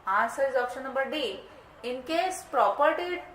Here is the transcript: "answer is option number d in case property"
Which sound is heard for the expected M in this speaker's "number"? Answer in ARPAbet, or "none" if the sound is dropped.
none